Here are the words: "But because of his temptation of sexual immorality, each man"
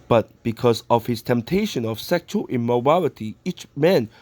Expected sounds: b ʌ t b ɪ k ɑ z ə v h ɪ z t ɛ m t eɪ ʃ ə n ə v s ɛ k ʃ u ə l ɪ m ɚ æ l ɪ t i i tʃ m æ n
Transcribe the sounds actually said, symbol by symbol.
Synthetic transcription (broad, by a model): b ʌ t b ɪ k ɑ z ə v h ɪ s t ɛ m t eɪ ʃ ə n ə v s ɛ k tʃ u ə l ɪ m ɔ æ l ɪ t i i tʃ m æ n